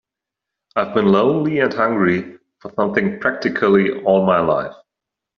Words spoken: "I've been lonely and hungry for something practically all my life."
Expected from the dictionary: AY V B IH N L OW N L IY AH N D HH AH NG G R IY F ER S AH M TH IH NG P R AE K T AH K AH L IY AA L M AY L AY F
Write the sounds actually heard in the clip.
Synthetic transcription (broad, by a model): AY V B IH N L OW N L IY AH N HH AH NG G R IY F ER S AH M TH IH NG P R AE K T AH K AH L IY AA L M AY L AY F